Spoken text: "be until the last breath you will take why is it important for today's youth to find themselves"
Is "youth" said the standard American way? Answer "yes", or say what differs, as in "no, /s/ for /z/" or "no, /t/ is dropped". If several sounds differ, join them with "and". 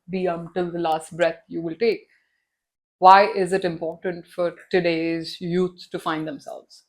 no, /s/ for /θ/